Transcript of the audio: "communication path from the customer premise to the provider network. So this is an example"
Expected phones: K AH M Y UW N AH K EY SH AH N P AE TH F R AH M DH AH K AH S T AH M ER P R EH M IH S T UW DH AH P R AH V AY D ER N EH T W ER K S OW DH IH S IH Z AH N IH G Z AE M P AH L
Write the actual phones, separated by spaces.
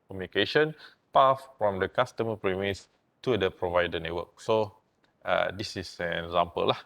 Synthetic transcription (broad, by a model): K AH M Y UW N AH K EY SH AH N P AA F F R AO M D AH K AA S T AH M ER P R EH M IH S T UW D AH P R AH V AY D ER N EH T W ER K S OW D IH S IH S AH N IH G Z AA M P AH L